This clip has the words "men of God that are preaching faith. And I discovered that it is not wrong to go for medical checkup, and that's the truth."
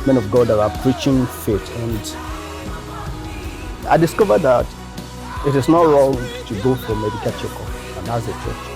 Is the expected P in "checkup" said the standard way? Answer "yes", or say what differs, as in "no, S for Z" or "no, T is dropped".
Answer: no, P is dropped